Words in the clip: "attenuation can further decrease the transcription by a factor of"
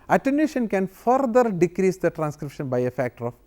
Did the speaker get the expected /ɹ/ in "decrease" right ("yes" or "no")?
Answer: yes